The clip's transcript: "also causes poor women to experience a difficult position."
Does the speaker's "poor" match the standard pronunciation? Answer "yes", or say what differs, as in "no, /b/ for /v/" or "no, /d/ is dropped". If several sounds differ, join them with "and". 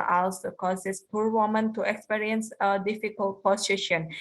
yes